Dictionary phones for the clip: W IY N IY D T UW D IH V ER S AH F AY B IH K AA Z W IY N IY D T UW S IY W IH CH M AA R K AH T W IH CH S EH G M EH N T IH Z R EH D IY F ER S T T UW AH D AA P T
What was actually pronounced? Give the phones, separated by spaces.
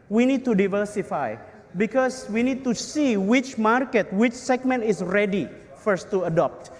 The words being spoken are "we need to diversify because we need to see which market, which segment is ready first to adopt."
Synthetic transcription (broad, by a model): W IY N IY D T UW D IH V ER S AH F AY B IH K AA S W IY N IY D T UW S IY W IH CH M AA R K AH T W IH CH S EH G M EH N T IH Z R EH D IY F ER S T T UW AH D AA P T